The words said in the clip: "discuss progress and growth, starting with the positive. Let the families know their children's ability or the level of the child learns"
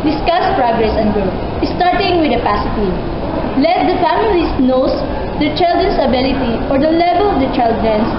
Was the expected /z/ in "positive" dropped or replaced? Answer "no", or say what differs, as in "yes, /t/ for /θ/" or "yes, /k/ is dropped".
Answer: yes, /s/ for /z/